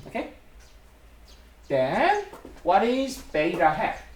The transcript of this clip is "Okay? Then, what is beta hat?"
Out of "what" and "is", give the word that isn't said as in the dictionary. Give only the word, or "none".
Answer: none